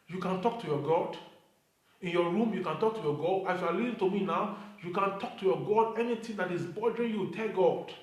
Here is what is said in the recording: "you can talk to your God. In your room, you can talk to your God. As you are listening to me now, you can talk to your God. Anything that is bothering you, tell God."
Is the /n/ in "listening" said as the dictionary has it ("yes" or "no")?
no